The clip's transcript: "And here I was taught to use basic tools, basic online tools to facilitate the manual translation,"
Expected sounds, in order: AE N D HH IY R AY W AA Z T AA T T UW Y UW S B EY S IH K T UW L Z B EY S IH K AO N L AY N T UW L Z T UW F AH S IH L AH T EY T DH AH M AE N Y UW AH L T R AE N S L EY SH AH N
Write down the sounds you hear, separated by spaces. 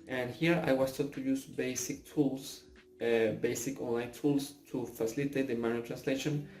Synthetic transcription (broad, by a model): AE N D HH IY R AY W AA S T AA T T UW Y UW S B EY S IH K T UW L S B EY S IH K AO N L AY N T UW L S T UW F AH S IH L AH T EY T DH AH M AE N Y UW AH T R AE N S L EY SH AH N